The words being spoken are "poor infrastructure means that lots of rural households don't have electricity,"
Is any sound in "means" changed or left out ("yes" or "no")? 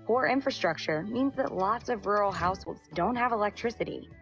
no